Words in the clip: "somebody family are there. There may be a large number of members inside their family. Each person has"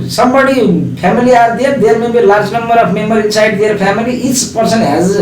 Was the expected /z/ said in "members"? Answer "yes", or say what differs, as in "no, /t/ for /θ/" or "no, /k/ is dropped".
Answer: no, /z/ is dropped